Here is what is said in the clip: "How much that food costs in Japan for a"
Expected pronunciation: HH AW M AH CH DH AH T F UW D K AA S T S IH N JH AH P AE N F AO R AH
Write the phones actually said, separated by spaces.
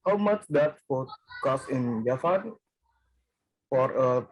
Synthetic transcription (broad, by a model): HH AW M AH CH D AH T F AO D K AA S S IH N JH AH F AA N F AO R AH